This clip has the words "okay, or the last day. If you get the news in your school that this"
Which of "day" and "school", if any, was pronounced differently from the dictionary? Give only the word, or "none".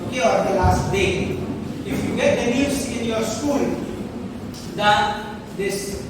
none